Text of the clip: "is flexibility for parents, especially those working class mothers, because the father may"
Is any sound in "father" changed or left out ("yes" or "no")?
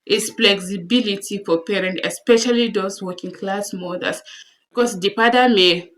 yes